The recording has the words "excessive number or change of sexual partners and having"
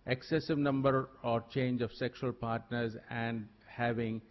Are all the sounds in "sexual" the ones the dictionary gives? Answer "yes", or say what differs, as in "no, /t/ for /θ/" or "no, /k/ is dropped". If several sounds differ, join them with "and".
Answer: yes